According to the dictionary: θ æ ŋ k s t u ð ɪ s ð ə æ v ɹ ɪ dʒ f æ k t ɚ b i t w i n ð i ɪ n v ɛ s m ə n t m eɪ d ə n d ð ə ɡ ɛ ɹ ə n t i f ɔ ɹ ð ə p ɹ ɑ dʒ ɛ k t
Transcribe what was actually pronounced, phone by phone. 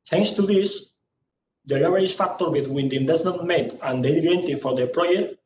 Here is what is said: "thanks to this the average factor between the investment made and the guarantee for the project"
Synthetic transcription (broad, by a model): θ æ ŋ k s t u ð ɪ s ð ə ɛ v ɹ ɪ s f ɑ k t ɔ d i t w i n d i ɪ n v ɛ s m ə n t m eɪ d ə n d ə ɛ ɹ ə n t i f ɔ ɹ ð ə p ɹ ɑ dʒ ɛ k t